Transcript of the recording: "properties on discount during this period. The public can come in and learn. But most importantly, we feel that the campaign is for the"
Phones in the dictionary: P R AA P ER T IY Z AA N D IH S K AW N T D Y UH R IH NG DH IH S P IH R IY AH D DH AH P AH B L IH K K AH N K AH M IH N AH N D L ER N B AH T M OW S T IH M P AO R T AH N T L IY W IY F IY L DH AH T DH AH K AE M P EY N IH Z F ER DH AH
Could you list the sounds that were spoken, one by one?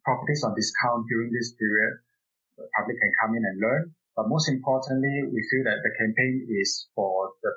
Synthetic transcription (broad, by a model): P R AA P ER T IY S AA N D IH S K AW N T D Y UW R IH NG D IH S P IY R IY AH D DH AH P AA B L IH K K AH N K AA M IH N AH N L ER N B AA T M OW S T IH M P AO T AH N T L IY W IY F IY L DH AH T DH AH K AE M P EY N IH S F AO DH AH